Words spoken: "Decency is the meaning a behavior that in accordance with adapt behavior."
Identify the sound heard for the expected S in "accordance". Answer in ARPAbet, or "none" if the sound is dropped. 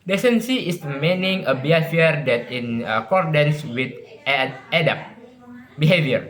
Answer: S